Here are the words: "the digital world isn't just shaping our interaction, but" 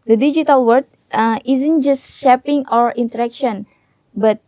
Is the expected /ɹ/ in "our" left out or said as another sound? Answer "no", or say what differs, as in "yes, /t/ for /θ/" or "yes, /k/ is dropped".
no